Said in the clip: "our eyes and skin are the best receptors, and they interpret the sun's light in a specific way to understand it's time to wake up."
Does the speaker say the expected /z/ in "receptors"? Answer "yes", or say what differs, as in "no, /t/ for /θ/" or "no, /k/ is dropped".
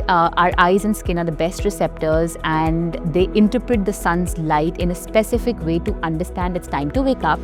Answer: yes